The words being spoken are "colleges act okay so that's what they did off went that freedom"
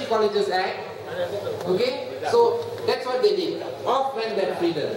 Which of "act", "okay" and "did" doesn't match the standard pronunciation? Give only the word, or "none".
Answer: act